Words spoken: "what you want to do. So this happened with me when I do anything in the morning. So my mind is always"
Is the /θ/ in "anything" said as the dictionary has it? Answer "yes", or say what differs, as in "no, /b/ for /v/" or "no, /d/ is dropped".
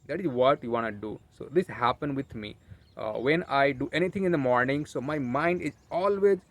no, /t/ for /θ/